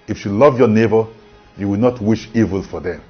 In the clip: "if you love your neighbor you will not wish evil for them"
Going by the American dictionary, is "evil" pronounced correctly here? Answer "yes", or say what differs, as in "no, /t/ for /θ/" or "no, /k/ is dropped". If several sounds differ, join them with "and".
yes